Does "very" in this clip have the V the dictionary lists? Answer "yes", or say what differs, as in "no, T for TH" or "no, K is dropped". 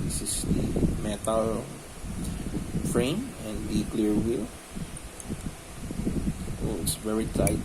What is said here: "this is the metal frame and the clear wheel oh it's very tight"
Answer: yes